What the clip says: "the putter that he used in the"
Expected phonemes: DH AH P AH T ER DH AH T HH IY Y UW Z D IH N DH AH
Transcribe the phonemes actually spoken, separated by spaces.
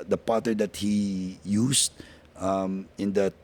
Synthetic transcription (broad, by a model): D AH P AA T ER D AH T HH IY Y UW S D IH N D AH